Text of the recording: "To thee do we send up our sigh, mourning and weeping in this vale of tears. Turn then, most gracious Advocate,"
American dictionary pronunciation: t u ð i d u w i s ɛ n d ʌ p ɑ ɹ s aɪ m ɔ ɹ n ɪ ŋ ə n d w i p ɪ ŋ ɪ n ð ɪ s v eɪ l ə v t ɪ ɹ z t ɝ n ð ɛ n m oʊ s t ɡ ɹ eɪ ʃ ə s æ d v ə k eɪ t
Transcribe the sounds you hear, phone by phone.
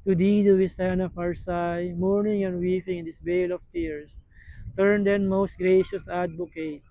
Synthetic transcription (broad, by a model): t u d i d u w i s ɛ n ʌ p ɑ ɹ s aɪ m ɔ ɹ n ɪ ŋ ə n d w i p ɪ ŋ ɪ n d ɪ s b eɪ l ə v t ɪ ɹ s t ɝ n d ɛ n m oʊ s t ɡ ɹ eɪ ʃ ə s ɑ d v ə k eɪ t